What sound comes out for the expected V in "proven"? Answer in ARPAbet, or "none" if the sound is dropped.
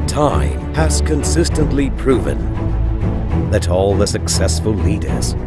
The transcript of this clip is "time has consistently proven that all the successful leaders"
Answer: V